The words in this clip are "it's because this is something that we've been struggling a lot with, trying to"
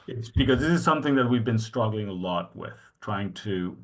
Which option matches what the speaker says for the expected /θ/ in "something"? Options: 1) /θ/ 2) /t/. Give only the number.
1